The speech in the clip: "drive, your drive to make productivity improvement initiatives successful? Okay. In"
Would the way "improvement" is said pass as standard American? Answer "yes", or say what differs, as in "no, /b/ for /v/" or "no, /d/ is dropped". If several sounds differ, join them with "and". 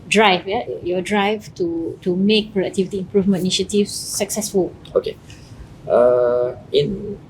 no, /t/ is dropped